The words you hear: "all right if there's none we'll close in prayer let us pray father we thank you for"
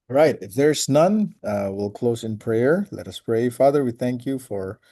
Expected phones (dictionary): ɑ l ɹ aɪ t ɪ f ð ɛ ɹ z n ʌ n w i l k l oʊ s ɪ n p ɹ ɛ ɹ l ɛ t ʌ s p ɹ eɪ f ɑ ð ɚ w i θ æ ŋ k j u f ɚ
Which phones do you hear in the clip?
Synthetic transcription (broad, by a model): ɹ aɪ t ɪ f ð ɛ ɹ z n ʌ n w i l k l oʊ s ɪ n p ɹ ɛ ɹ l ɛ t ʌ s p ɹ eɪ f ɑ ð ɚ w i θ æ ŋ k j u f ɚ